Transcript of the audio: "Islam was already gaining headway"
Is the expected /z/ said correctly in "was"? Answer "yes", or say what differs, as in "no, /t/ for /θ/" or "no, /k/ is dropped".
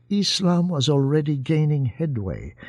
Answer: yes